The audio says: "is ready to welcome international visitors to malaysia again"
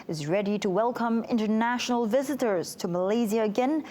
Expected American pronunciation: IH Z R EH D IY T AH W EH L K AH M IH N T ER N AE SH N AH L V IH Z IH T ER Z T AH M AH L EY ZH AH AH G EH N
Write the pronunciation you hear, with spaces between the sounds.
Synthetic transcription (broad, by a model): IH Z R EH D IY T AH W EH L K AH M IH N T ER N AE SH N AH L V IH Z IH T ER Z T AH M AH L EY Z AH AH G EH N